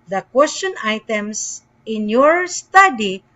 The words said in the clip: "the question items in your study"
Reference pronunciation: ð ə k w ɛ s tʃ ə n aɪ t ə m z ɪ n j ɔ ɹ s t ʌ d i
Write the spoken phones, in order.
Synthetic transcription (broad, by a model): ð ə k w ɛ s tʃ ə n aɪ t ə m s ɪ n j ɔ ɹ s t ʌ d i